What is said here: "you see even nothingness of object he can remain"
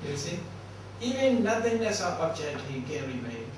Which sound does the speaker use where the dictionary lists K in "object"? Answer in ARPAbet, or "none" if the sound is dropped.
none